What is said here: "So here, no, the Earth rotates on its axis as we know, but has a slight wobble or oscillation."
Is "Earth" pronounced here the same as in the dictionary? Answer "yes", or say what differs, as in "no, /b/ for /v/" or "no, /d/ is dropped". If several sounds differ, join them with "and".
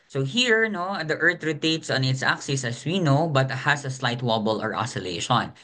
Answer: no, /t/ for /θ/